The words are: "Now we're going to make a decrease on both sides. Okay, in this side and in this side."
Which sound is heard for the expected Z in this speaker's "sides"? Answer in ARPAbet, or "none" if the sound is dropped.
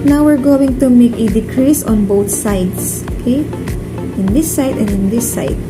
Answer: S